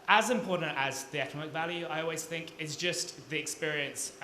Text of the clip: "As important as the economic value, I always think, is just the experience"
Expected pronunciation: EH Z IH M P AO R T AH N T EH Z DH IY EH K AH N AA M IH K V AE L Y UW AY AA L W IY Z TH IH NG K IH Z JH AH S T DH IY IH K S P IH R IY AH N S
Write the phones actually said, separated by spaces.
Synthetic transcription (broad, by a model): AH Z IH M P AO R T N T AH Z DH IY EH K AH N AA M IH K V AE L Y UW AY AA L W IY Z TH IH NG K IH Z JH AH S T DH IY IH K S P IH R IY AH N S